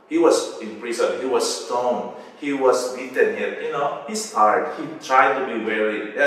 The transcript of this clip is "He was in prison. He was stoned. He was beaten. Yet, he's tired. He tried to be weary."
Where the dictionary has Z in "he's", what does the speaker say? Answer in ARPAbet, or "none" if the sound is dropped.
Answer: S